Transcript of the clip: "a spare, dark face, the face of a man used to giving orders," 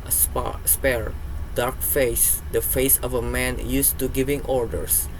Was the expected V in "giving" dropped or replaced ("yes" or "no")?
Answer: no